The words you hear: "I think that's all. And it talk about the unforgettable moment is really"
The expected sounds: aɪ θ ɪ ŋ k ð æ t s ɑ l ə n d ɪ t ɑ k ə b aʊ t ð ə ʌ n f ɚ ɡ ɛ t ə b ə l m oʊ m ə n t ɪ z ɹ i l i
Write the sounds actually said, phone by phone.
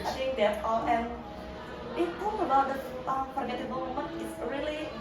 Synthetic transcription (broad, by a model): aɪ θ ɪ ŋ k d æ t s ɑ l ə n ɪ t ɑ ə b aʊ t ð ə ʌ f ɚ ɡ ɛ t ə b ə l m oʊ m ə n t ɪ s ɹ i l i